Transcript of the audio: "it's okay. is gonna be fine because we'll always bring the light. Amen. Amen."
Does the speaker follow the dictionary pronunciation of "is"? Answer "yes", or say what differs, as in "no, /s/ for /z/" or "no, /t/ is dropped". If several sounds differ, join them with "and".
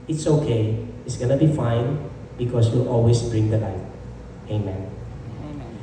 no, /s/ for /z/